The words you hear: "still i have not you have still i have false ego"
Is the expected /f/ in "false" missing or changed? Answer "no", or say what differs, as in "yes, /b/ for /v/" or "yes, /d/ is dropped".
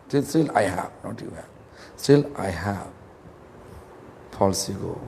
yes, /p/ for /f/